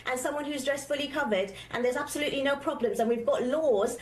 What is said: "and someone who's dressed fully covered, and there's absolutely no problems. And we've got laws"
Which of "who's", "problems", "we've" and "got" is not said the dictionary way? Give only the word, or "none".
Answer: none